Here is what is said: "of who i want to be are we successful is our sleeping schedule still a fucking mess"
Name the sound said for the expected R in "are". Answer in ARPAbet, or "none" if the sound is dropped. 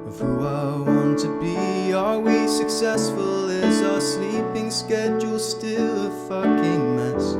L